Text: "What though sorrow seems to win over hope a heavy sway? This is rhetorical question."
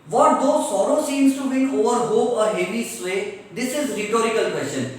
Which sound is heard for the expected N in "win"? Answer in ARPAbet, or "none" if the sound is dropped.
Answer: none